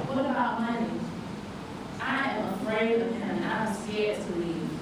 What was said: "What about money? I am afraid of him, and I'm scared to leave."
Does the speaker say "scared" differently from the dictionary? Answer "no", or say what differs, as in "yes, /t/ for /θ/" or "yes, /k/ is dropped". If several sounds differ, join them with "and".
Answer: yes, /k/ is dropped